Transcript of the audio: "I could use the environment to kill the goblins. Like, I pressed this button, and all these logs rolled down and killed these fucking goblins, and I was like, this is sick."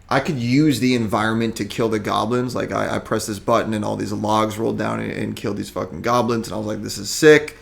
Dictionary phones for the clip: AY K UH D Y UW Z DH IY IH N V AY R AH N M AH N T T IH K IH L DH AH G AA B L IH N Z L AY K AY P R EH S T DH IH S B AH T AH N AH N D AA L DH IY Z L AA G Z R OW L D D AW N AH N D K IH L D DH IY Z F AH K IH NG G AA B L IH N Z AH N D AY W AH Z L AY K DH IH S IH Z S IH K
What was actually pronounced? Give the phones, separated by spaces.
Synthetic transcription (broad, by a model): AY K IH D Y UW Z DH IY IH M V AY R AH N M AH N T T IH K IH L DH AH G AA B L IH N Z L AY K AY P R EH S DH IH S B AH T N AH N AA L DH IY Z L AA G Z R OW L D D AW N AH N K IH L D DH IY Z F AH K IH NG G AA B L IH N Z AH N AY W AH Z L AY K DH IH S IH Z S IH K